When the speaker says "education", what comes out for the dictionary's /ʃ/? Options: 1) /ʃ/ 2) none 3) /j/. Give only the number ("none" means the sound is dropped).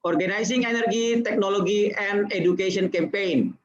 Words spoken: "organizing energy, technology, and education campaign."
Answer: 2